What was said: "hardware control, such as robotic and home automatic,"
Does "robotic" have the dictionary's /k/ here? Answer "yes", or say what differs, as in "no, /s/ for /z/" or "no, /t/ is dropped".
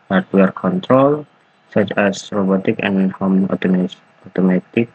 yes